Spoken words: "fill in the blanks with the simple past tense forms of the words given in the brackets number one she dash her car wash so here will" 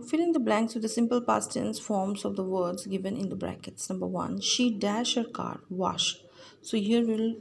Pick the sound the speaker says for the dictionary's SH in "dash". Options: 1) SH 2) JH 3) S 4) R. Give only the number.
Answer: 1